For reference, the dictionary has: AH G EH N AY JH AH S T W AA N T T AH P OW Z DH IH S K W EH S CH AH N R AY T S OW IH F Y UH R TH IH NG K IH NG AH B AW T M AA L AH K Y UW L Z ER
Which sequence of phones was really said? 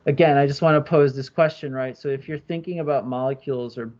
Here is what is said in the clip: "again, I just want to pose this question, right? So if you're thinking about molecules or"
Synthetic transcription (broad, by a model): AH G EH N AY JH AH S T W AA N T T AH P OW Z DH IH S K W EH S CH AH N R AY T S OW IH F Y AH R TH IH NG K IH NG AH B AW T M AA L AH K Y UW L Z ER